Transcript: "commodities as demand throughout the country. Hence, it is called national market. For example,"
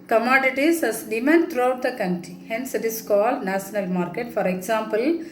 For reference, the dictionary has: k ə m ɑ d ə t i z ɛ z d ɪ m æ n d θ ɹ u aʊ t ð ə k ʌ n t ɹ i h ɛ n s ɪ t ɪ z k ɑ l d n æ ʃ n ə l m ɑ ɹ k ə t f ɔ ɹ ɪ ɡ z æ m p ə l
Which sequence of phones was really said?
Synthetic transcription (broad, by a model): k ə m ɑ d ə t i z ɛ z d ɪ m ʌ n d t ɹ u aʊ t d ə k ʌ n t ɹ i h ɛ n s ɪ t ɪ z k ɑ l d n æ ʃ n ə l m ɑ ɹ k ə t f ɔ ɹ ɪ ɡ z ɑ m p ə l